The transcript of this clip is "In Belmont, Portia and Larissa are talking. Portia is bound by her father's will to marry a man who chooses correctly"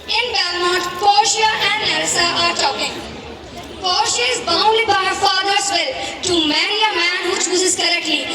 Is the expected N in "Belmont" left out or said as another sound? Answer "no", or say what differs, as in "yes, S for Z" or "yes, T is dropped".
yes, N is dropped